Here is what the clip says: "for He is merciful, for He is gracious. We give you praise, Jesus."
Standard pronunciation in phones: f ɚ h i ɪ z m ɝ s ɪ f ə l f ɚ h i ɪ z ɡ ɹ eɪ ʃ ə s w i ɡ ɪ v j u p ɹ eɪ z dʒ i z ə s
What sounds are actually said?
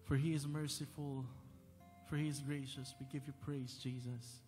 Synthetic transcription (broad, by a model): f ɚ h i ɪ z m ɝ s ɪ f ə l f ɚ h i ɪ z ɡ ɹ eɪ ʃ ə s w i ɡ ɪ v j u p ɹ eɪ z dʒ i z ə s